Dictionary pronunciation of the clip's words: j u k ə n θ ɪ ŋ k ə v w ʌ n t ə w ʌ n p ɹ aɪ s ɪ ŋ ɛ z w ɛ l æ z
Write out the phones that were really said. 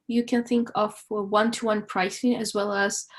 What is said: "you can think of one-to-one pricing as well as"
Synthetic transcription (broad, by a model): j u k ə n θ ɪ ŋ k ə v w ʌ n t ə w ʌ n p ɹ aɪ s ɪ ŋ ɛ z w ɛ l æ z